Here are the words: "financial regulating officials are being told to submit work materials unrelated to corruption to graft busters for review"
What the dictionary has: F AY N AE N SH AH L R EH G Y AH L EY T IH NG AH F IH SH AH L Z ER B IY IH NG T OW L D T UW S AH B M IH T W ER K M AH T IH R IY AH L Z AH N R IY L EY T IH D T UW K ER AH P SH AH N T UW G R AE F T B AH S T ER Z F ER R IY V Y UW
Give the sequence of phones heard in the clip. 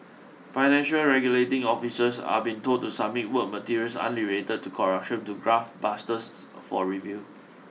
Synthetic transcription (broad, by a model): F AY N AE N SH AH L R EH G Y AH L EY T IH NG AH F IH S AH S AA B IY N T OW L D T UW S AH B M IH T W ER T M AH T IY R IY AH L S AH N L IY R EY T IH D T UW K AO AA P SH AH N T UW G R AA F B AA S T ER S F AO R IY V Y UW